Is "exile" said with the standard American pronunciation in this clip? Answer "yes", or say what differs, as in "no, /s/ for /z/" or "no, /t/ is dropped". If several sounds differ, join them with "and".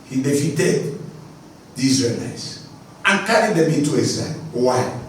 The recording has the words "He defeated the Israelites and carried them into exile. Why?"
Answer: no, /k/ is dropped